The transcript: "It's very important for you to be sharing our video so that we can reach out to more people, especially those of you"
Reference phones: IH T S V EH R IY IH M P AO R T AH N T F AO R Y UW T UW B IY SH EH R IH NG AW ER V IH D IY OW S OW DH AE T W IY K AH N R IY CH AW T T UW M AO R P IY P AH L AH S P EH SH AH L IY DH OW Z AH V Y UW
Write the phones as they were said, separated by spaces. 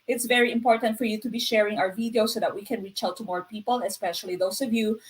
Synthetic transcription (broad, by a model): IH T S V EH R IY IH M P AO R T AH N T F AO R Y UW T UW B IY SH EH R IH NG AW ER V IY D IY OW S OW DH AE T W IY K AH N R IY CH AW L T UW M AO R P IY P AH L AH S P EH SH AH L IY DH OW S AH V Y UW